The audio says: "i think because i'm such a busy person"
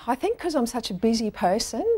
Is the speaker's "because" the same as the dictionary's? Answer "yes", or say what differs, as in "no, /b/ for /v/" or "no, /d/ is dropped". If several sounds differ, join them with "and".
no, /z/ is dropped